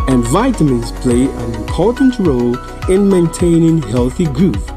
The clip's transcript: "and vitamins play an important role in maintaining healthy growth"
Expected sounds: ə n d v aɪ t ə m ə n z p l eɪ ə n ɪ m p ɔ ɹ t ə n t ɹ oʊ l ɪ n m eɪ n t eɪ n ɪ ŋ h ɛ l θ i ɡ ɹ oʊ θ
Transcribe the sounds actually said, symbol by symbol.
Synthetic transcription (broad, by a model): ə n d v aɪ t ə m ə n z p l eɪ ə n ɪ m p ɔ ɹ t n t ɹ oʊ l ɪ n m eɪ n t eɪ n ɪ ŋ h ɛ l θ i ɡ ɹ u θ